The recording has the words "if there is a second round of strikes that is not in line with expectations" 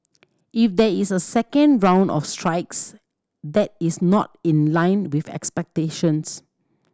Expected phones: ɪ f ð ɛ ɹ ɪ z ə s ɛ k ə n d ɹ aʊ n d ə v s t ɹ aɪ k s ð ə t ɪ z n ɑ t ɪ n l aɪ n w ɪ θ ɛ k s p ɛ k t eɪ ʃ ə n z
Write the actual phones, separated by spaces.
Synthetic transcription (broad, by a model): ɪ f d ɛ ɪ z ə s ɛ k ə n d ɹ aʊ n d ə f s t ɹ aɪ k s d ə t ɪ s n ɑ t ɪ n l aɪ n w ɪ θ ɛ k s p ɛ k t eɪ ʃ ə n s